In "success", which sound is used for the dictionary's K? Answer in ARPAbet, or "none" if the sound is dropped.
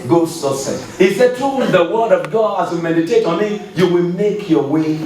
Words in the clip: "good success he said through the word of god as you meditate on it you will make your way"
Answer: none